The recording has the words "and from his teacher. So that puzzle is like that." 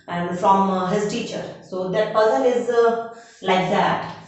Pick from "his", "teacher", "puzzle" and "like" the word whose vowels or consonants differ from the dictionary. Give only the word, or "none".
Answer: puzzle